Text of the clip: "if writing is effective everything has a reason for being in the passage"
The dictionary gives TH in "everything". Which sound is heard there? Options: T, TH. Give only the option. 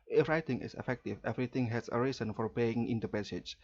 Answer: T